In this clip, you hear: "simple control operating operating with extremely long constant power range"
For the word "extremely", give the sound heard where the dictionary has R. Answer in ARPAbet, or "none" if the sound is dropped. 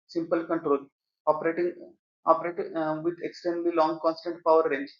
none